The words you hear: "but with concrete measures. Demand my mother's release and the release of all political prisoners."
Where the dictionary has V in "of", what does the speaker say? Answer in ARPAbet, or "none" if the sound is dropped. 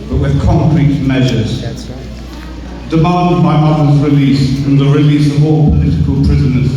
V